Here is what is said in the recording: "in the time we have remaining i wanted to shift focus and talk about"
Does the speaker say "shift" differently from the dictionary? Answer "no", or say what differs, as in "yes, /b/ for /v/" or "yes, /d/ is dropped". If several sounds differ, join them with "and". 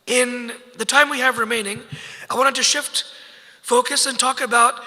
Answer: no